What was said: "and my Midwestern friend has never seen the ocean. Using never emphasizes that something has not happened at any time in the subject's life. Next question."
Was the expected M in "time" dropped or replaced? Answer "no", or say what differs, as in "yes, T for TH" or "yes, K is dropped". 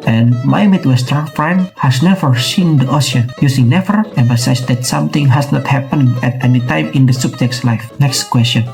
no